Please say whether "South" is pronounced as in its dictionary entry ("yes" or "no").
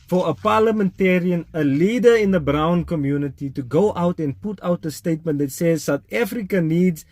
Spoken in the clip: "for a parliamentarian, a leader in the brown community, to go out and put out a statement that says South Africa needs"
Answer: no